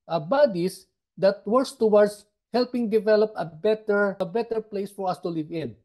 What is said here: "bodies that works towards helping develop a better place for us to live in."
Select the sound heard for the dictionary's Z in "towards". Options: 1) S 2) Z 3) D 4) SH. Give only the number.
1